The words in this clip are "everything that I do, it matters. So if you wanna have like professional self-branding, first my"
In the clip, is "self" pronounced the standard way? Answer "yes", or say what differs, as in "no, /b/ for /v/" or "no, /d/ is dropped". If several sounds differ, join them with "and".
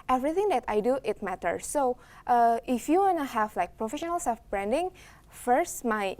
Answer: no, /l/ is dropped